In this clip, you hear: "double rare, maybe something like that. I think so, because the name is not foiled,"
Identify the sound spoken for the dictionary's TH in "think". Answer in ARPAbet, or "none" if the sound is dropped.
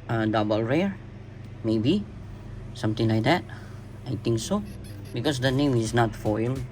T